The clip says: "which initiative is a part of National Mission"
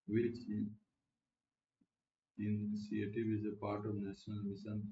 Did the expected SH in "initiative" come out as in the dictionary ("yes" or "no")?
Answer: no